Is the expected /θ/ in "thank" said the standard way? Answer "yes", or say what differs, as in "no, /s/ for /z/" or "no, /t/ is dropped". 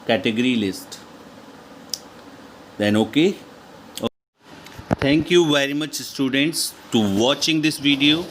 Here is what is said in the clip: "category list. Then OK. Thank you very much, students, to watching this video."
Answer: no, /t/ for /θ/